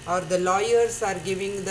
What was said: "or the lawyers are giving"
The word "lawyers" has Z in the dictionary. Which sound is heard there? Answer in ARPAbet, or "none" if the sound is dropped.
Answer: S